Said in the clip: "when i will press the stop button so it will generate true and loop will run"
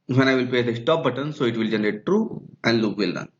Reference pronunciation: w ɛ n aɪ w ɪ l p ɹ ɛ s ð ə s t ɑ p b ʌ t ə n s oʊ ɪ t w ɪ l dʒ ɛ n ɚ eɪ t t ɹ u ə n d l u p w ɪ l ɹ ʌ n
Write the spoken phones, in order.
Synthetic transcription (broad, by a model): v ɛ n aɪ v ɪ l p ɛ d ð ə s t ɑ p b ʌ t ə n s oʊ ɪ t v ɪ l dʒ ɛ n ɚ eɪ t t ɹ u ə n d l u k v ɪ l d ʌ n